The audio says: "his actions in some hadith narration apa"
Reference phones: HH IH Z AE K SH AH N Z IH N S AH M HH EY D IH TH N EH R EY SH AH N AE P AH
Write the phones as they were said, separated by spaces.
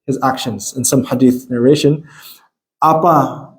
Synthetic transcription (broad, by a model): HH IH Z AE K SH AH N Z IH N S AH M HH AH D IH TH N EH R EY SH AH N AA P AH